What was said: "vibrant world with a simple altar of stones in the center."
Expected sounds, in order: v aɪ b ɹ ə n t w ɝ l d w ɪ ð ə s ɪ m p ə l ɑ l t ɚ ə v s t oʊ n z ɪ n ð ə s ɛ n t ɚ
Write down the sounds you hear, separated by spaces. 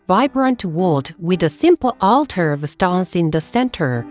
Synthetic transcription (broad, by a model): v aɪ b ɹ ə n t w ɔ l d w ɪ ð ə s ɪ m p l ɑ l t ɚ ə v s t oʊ n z ɪ n ð ə s ɛ n t ɚ